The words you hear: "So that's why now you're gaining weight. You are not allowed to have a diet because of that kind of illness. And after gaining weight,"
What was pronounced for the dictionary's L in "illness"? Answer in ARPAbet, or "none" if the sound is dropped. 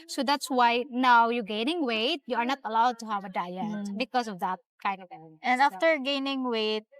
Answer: none